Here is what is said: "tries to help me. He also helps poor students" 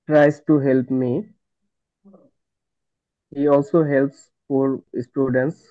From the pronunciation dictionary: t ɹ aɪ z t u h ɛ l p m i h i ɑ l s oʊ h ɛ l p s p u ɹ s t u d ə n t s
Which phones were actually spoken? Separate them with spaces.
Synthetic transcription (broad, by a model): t ɹ aɪ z t u h ɛ l p m i h i ɑ l s oʊ h ɛ l p s f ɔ ɹ s t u d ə n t s